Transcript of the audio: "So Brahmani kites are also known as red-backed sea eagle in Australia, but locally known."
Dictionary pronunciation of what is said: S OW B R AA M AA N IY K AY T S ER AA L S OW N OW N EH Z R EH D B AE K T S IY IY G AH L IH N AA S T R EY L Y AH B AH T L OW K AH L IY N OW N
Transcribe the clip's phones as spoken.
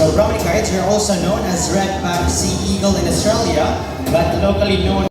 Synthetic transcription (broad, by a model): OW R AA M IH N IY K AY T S ER AA L S OW N OW N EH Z R EH D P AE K S IY IY G AH L IH N AA S T R EY L Y AH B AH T L OW K AH L IY N OW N